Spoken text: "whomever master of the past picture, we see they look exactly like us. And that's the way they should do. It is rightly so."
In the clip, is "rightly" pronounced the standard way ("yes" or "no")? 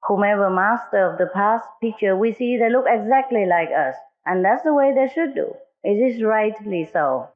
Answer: yes